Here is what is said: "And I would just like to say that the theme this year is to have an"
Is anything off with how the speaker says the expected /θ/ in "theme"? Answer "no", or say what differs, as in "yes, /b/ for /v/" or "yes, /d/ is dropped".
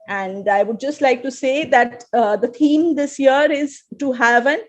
yes, /t/ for /θ/